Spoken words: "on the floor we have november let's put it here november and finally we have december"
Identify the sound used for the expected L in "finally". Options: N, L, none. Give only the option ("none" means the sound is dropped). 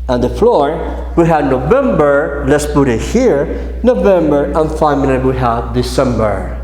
N